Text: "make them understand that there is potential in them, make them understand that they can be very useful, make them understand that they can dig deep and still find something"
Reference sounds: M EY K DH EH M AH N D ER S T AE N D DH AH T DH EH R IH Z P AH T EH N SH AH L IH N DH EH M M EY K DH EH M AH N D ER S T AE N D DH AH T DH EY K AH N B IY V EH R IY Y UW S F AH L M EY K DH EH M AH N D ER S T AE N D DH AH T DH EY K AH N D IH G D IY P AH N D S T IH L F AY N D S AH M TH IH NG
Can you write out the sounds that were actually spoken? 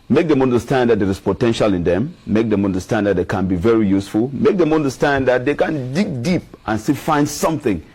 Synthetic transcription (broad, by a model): M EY K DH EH M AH N D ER S T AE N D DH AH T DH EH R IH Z P AH T EH N SH AH L IH N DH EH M M EY K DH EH M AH N D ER S T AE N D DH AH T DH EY K AH N B IY V EH R IY Y UW S F AH L M EY K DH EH M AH N D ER S T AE N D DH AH T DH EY K AH N D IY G D IY P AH N S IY F AY N D S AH M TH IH NG